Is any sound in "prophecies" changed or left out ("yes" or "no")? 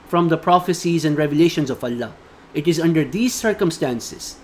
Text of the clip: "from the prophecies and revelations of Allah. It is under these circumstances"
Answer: no